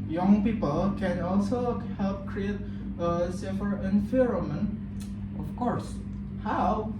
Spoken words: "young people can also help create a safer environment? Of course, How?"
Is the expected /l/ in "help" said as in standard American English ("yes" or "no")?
yes